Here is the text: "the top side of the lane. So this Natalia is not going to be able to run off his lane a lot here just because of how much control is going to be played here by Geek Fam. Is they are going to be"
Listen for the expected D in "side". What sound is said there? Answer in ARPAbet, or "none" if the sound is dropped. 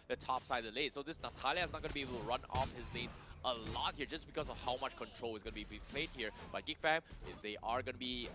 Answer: none